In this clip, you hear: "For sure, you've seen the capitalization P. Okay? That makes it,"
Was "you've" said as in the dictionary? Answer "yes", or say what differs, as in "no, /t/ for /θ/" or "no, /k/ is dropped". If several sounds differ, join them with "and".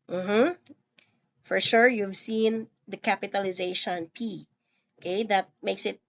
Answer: yes